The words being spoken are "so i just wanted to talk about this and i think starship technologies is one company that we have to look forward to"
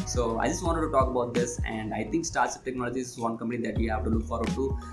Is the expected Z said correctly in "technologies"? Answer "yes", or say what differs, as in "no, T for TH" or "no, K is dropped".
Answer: no, Z is dropped